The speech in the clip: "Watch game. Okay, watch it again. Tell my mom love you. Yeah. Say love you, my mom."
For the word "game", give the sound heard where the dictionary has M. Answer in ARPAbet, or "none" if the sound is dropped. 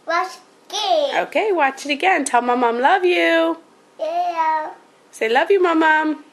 none